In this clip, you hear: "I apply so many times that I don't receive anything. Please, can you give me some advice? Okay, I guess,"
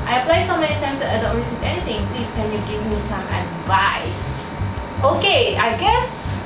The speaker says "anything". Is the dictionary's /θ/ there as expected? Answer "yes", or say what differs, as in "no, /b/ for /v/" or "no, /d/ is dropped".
no, /t/ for /θ/